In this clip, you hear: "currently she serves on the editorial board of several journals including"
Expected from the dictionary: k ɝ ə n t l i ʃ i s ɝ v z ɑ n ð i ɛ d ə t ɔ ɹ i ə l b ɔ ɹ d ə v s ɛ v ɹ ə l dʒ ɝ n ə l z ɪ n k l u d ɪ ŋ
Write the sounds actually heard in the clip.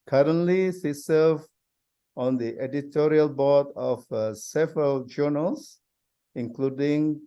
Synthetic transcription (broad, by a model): k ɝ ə n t l i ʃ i s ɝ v ɑ n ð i ɛ d ə t ɔ ɹ i ə l b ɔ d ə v s ɛ v ɹ ə l dʒ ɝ n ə l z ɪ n k l u d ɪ ŋ